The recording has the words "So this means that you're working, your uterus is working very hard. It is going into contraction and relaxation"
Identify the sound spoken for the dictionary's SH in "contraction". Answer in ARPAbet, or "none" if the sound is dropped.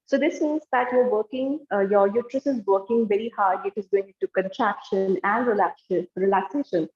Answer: SH